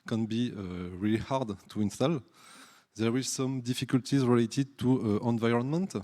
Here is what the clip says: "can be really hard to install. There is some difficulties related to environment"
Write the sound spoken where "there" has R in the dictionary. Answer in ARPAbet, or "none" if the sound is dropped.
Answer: W